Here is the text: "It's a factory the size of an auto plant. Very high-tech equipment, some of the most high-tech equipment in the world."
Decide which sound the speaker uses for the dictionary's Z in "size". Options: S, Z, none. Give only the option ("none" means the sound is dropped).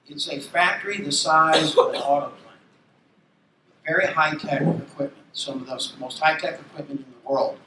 Z